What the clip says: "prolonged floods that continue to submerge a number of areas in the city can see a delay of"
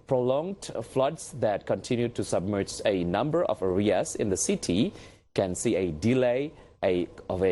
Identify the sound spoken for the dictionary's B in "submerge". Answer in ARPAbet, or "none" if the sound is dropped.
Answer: B